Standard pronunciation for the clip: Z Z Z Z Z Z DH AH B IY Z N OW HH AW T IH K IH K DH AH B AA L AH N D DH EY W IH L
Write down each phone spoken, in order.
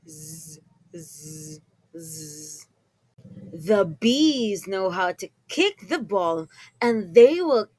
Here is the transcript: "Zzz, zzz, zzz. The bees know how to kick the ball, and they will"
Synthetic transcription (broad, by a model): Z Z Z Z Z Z DH AH B IY Z N OW HH AW T IH K IH K DH AH B AA L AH N DH EY W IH L